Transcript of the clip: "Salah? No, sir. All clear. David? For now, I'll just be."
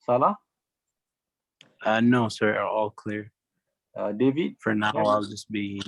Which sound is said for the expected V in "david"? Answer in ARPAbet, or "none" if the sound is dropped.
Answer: V